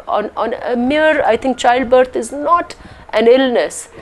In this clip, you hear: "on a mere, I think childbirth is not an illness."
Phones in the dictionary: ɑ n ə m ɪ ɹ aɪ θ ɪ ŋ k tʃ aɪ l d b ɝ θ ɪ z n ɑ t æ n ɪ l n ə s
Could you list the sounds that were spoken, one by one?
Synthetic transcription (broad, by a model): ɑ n ə m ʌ ɹ aɪ t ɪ ŋ k tʃ aɪ l d b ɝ t ɪ z n ɑ t æ n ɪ l n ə s